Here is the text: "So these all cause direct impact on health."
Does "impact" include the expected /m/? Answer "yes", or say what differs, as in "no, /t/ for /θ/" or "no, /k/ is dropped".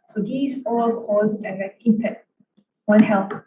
no, /m/ is dropped